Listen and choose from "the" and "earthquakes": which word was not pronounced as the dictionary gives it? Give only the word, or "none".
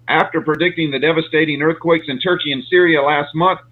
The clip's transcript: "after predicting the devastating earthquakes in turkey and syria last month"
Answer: none